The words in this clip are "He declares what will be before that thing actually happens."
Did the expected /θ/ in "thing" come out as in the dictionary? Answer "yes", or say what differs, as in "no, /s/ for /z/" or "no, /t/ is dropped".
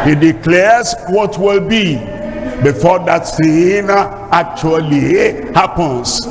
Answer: no, /s/ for /θ/